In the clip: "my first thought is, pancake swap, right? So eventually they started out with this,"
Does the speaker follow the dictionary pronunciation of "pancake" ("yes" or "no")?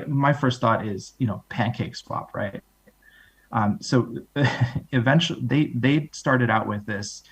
yes